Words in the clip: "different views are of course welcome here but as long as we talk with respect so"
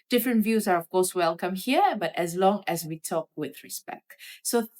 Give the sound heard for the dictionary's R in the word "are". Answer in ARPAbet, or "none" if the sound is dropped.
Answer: R